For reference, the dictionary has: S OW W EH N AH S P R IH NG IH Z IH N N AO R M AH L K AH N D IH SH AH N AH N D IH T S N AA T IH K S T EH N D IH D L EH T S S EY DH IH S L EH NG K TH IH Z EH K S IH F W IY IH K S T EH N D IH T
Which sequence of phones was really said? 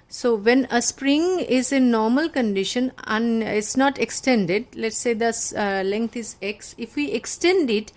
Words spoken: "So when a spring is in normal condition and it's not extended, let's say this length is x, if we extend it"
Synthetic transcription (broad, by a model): S OW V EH N AH S P R IH NG IH Z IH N N AO R M AH L K AH N D IH SH AH N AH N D IH T S N AA T IH K S T EH N D IH D L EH T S S EY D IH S L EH NG K T IH Z EH K S IH F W IY IH K S T EH N D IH T